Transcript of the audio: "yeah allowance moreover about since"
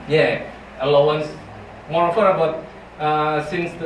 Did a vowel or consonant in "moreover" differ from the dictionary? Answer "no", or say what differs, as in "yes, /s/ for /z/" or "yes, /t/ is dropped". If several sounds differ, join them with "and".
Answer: yes, /f/ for /v/